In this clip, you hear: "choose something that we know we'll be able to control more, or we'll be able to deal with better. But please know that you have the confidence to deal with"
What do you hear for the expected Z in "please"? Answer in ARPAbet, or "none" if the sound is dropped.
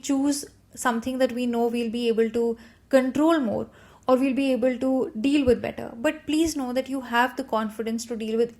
Z